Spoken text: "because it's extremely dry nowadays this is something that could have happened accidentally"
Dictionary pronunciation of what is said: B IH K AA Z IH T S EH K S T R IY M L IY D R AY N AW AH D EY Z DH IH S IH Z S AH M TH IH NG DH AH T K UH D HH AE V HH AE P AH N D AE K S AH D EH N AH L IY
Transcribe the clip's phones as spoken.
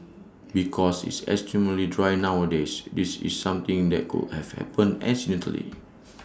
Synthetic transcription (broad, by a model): B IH K AA S IH T S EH S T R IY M L IY D R AY N AW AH D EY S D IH S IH S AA M T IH NG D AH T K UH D HH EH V HH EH P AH N EH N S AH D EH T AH L IY